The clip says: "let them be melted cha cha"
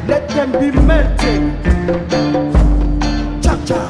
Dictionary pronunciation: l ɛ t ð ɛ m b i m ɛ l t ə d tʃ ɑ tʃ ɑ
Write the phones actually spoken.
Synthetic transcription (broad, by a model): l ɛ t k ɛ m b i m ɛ t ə tʃ ɑ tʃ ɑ